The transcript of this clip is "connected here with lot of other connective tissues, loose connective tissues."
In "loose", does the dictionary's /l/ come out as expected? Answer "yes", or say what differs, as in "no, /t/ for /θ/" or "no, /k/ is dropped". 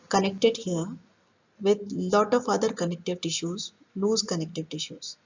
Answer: no, /n/ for /l/